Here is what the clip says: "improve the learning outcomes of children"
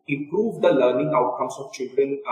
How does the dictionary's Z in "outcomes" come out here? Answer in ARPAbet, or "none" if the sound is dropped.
S